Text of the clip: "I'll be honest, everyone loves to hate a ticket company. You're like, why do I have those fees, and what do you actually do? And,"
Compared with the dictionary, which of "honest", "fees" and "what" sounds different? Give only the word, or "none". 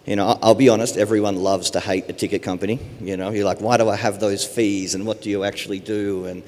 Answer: none